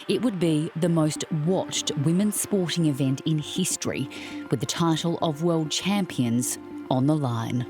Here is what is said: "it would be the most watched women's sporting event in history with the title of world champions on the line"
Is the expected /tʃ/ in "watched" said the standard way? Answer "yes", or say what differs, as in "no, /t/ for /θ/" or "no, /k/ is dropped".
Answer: yes